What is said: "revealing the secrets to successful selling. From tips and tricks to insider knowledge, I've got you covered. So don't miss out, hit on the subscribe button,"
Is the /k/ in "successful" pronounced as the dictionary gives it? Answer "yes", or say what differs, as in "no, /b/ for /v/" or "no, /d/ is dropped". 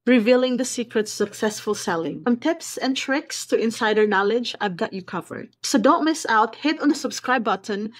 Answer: yes